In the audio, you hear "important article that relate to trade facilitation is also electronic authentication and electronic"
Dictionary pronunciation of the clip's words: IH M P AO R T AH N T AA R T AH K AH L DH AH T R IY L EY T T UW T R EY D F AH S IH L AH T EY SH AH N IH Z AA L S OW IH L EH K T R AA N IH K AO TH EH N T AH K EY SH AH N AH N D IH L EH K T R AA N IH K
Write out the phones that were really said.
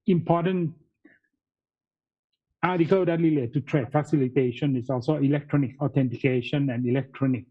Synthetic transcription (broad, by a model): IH M P AO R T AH N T AA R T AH K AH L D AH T L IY L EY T T UW T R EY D F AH S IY L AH T EY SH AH N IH S AA L S OW IH L EH K T R AA N IH K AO T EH N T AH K EY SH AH N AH N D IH L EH K T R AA N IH K